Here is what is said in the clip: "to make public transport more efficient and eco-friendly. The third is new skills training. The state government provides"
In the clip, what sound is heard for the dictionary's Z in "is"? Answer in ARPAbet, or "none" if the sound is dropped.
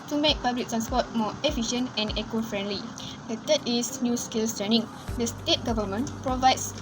S